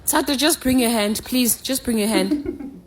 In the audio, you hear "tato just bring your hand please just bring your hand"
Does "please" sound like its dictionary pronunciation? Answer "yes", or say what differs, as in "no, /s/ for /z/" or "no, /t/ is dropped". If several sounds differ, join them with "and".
yes